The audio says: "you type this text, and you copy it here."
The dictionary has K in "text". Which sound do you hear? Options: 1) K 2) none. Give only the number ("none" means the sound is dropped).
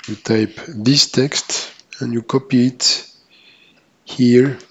1